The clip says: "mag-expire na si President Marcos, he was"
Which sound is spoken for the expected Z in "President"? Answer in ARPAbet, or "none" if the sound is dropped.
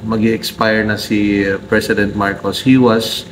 S